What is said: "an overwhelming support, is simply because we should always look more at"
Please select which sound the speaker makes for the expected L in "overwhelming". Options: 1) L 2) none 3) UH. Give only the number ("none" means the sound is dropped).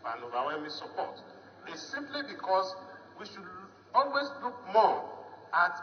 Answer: 2